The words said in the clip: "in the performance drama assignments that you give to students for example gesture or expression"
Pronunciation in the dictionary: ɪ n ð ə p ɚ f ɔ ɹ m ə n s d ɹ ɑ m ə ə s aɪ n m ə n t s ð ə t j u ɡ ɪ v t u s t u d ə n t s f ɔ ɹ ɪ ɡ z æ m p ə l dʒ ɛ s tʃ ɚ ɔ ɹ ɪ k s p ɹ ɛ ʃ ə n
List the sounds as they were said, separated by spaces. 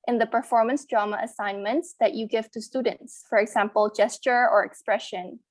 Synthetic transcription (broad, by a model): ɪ n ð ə p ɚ f ɔ ɹ m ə n s d ɹ ɑ m ə ə s aɪ n m ə n t s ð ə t j u ɡ ɪ v t u s t u d ə n t s f ɔ ɹ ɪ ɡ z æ m p ə l dʒ ɛ s tʃ ɚ ɔ ɹ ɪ k s p ɹ ɛ ʃ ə n